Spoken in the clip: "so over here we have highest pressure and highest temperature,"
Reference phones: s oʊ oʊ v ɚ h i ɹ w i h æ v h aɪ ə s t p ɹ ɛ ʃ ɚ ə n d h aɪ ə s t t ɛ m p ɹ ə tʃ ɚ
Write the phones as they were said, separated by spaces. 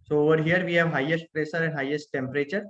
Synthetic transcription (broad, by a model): s oʊ oʊ v ɚ h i ɹ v i h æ v h aɪ ə s t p ɹ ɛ s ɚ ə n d h aɪ ə s t t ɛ m p ɹ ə tʃ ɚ